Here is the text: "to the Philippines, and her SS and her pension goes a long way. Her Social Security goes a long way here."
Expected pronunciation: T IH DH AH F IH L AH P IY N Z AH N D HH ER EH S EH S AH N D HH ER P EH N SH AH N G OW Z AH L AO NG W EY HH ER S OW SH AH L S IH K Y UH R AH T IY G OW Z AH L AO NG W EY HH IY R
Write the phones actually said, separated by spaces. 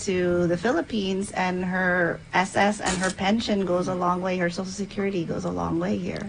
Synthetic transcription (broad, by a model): T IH DH AH F IH L AH P IY N Z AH N HH ER EH S EH S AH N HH ER P EH N SH AH N G OW Z AH L AO NG W EY HH ER S OW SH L S IH K Y UH R AH T IY G OW Z AH L AO NG W EY HH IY R